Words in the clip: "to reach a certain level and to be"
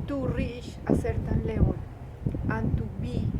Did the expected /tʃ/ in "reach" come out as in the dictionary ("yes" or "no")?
no